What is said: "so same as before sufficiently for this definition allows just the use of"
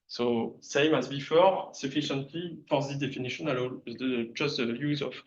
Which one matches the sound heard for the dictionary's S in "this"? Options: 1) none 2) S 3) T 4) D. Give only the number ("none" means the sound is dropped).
1